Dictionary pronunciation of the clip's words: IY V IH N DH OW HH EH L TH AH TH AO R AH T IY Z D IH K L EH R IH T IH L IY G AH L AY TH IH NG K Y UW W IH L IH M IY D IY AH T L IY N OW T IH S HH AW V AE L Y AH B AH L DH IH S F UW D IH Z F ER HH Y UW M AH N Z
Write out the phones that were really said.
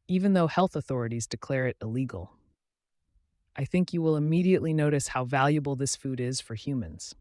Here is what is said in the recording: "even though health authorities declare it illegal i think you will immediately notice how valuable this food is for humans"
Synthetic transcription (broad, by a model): IY V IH N DH OW HH EH L TH AH TH AO R AH T IY Z D IH K L EH R IH T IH L IY G L AY TH IH NG K Y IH W IH L IH M IY D IY AH T L IY N OW T IH S HH AW V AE L Y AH B L DH IH S F UW D IH Z F ER HH Y UW M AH N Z